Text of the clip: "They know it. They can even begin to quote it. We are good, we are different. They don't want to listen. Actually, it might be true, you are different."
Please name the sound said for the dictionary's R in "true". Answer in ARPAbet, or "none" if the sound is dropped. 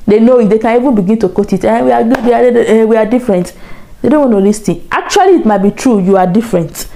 R